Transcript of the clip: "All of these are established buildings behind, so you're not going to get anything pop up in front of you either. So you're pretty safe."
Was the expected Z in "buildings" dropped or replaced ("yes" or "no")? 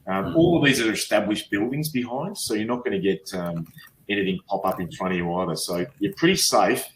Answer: no